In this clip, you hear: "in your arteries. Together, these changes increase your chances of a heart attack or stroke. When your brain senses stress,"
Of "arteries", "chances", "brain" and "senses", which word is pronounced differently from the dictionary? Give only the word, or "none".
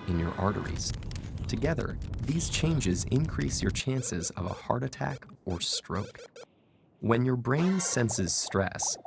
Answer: none